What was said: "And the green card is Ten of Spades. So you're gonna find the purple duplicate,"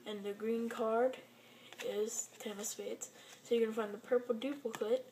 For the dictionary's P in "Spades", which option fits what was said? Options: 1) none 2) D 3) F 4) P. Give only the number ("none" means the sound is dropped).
3